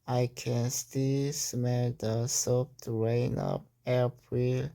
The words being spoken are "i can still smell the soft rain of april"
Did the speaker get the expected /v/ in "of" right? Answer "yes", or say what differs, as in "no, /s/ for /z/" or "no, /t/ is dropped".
no, /p/ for /v/